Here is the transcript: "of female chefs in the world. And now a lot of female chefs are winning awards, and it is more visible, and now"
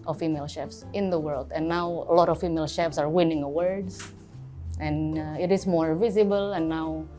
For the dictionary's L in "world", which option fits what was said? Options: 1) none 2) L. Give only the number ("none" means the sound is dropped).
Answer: 2